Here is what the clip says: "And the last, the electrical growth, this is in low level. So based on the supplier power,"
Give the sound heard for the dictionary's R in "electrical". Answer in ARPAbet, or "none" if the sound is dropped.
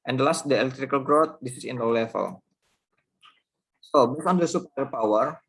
R